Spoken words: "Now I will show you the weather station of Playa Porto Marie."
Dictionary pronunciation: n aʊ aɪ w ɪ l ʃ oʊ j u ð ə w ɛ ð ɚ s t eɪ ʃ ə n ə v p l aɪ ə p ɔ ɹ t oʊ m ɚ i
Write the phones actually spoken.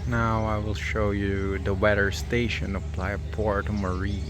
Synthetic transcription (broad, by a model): n aʊ aɪ w ɪ l ʃ oʊ j u ð ə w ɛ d ɚ s t eɪ ʃ ə n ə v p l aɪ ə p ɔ ɹ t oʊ m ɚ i